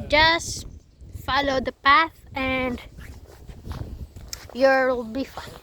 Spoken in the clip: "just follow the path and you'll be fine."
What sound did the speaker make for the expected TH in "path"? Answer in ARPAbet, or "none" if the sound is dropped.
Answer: TH